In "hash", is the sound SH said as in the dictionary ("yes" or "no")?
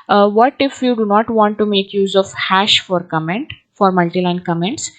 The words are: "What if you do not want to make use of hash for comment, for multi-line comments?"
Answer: yes